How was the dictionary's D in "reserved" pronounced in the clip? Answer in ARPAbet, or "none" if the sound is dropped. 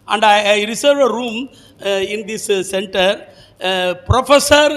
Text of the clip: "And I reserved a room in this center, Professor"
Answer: none